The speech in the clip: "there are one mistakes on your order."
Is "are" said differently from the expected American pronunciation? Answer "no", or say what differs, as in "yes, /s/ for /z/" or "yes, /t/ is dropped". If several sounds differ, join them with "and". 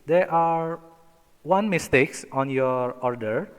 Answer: no